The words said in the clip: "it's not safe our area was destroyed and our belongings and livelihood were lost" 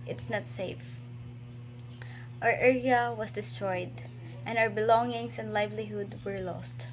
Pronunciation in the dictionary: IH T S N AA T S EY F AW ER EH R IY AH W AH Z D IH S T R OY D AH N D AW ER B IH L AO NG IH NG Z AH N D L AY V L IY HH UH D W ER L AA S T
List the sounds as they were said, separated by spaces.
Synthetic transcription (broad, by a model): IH T S N AA T S EY F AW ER EH R IY AH W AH S D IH S T R OY D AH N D AW ER B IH L AO NG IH NG S AH N D L AY V L IY HH UH D W ER L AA S T